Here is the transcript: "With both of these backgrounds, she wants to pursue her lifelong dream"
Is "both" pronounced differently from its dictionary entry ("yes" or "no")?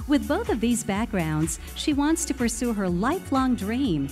no